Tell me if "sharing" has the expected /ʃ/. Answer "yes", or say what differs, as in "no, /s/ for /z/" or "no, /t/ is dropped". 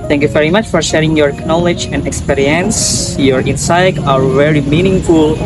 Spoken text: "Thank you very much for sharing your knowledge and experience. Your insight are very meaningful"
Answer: yes